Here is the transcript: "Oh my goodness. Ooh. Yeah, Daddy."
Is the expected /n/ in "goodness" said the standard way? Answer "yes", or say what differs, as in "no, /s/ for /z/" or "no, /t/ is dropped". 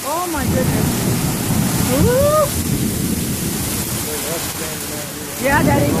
no, /n/ is dropped